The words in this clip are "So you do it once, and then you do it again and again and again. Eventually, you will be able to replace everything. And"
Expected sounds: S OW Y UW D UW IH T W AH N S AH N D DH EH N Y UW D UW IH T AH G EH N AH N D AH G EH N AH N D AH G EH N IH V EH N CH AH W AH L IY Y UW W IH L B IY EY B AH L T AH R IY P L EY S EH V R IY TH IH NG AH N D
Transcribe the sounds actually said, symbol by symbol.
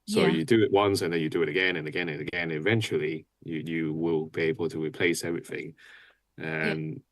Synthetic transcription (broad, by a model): S OW Y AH D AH IH T W AH N S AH N DH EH N Y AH D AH IH T AH G EH N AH N AH G EH N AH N AH G EH N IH V EH N CH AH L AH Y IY Y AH W IH L B IY EY B AH L T AH R IY P L EY S EH V R IY TH IH NG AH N